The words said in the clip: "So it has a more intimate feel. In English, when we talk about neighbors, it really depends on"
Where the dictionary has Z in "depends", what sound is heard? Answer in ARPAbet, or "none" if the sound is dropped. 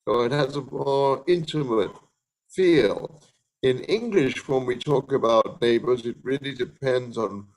Z